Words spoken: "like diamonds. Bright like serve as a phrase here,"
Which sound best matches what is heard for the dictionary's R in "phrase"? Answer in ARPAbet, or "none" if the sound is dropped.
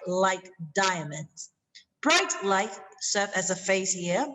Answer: none